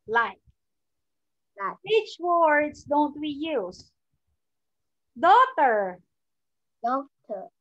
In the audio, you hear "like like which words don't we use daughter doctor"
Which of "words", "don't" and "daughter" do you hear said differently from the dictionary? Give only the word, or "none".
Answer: words